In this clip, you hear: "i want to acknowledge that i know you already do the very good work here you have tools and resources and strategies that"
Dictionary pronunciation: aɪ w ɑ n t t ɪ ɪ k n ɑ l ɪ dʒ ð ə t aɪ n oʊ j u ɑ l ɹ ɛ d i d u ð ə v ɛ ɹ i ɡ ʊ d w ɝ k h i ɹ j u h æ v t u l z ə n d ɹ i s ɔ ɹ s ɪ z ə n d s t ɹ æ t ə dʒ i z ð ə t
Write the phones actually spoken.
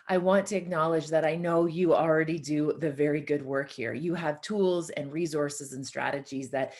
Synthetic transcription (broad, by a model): aɪ w ɑ n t t ɪ ɪ k n ɑ l ɪ dʒ ð ə t aɪ n oʊ j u ɑ l ɹ ɛ d i d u ð ə v ɛ ɹ i ɡ ʊ d w ɝ k h i ɹ j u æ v t u l z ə n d ɹ i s ɔ ɹ s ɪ z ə n s t ɹ æ t ə dʒ i z ð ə t